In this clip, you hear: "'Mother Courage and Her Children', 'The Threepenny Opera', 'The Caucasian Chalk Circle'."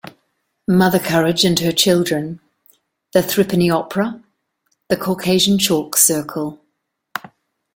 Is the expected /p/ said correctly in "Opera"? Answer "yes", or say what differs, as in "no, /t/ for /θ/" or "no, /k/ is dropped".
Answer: yes